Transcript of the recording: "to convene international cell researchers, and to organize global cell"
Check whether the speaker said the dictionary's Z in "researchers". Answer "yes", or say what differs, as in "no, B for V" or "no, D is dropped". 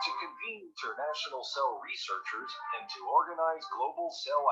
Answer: yes